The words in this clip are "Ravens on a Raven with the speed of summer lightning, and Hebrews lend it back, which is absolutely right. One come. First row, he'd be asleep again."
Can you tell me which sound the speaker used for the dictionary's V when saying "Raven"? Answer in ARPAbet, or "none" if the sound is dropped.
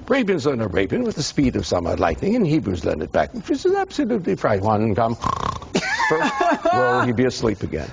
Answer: B